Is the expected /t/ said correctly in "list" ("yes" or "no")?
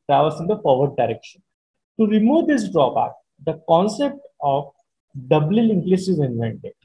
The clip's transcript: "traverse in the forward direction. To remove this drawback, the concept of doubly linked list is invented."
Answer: no